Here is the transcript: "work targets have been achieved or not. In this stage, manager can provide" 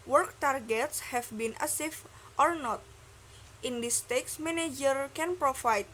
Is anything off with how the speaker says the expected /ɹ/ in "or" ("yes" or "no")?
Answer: no